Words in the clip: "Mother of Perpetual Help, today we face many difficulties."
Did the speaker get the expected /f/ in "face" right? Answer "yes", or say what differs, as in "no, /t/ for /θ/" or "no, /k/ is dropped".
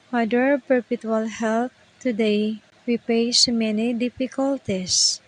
no, /p/ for /f/